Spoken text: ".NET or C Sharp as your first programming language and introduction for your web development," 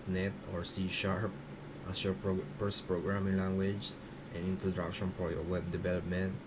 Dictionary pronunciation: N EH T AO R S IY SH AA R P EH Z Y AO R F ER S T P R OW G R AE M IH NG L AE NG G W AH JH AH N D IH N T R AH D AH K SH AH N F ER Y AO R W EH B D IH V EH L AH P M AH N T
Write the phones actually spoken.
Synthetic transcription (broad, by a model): N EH T AO R S IY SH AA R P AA S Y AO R P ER S P R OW G R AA M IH NG L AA NG G W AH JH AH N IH N T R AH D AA K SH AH N P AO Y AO W EH B D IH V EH L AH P M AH N T